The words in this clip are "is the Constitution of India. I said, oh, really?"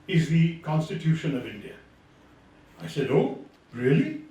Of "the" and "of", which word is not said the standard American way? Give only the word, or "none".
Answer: none